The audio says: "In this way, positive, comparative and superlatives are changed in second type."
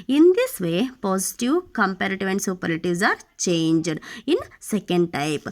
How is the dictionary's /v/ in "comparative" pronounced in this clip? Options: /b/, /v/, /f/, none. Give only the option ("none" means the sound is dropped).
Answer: /v/